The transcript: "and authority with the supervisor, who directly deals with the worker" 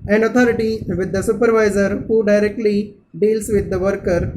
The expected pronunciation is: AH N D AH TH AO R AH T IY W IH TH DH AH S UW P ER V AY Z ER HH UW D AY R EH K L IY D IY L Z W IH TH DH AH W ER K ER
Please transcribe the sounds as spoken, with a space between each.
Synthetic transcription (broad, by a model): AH N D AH T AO R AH T IY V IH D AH S UW P ER V AY Z ER HH UW D AY R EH K L IY D IY L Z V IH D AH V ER K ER